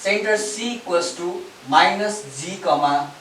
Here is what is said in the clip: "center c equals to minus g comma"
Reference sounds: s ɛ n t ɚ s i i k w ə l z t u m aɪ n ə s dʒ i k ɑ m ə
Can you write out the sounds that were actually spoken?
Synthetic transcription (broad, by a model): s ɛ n t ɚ s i i k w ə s t u m aɪ n ə s z i k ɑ m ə